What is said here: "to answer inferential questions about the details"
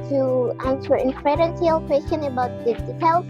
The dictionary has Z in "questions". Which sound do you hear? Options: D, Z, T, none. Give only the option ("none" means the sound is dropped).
none